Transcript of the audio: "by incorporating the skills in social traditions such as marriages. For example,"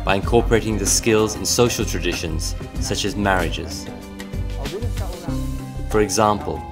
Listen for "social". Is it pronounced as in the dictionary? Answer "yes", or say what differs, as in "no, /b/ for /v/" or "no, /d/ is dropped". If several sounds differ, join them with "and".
yes